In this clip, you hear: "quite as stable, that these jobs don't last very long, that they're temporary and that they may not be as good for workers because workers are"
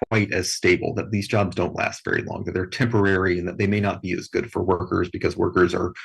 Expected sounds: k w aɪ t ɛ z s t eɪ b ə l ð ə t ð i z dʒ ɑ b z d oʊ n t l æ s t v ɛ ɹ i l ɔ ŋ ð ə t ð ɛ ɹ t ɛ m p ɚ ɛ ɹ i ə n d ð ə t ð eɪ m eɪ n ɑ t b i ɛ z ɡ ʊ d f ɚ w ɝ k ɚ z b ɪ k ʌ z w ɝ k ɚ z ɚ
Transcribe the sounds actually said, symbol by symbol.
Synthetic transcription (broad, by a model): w aɪ t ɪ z s t eɪ b l ð ə t ð i z dʒ ɑ b z d oʊ n t l æ s t v ɛ ɹ i l ɔ ŋ ð ə t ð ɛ ɹ t ɛ m p ɚ ɛ ɹ i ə n ð ə t ð eɪ m eɪ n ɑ t b i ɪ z ɡ ʊ d f ɚ w ɝ k ɚ z b ɪ k ʌ z w ɝ k ɚ z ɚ